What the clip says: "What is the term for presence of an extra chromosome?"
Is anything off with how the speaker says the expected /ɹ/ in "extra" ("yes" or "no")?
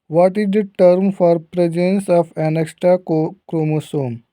yes